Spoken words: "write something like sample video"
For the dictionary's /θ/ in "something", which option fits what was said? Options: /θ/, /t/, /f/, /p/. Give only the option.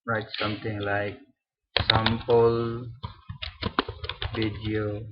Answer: /t/